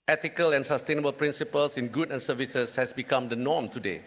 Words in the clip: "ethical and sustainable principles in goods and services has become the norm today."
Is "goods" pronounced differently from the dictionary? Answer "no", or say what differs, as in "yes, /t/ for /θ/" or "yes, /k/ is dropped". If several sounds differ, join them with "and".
yes, /z/ is dropped